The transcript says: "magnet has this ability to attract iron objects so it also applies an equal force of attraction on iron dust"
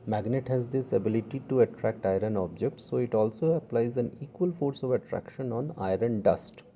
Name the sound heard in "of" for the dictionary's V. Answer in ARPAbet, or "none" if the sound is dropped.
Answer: V